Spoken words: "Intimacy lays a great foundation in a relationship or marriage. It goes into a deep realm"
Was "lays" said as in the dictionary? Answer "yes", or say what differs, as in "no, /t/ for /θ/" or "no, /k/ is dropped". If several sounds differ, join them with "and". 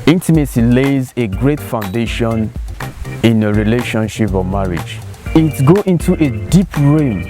yes